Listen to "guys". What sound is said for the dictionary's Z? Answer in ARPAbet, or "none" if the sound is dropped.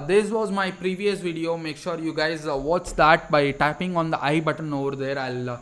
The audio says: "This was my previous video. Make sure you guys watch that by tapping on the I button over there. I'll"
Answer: Z